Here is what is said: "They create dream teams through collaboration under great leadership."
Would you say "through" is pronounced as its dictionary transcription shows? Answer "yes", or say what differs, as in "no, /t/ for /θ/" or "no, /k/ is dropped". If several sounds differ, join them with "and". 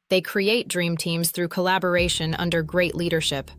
yes